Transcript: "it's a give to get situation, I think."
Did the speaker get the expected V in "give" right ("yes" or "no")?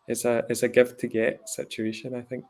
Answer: no